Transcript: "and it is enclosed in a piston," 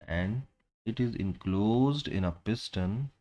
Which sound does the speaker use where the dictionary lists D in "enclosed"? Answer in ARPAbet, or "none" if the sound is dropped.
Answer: D